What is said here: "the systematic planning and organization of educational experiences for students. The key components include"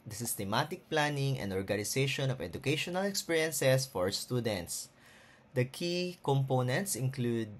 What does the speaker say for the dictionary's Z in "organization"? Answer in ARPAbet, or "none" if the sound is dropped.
S